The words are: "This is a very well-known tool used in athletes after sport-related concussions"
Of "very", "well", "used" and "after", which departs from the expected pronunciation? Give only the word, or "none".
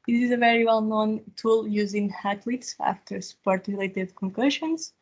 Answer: used